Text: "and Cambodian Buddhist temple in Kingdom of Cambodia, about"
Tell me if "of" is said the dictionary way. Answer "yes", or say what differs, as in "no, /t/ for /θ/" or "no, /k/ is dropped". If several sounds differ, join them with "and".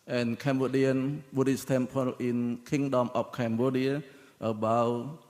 no, /p/ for /v/